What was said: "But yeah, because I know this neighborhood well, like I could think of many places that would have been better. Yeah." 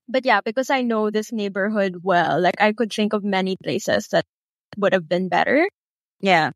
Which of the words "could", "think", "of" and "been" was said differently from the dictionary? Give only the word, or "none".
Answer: none